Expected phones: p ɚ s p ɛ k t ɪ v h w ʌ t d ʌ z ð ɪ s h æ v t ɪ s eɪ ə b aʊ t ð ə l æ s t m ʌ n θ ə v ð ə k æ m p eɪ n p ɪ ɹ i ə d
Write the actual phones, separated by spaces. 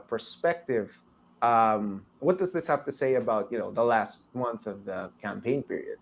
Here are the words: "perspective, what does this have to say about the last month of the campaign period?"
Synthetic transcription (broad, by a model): p ɚ s p ɛ k t ɪ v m w ʌ t d ʌ z ð ɪ s h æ f t ɪ s eɪ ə b aʊ t ð ə l æ s t m ʌ n θ ə v ð ə k æ m p eɪ n p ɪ ɹ i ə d